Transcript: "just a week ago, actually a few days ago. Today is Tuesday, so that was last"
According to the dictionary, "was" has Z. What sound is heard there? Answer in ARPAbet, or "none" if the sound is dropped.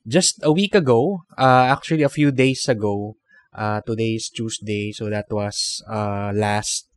S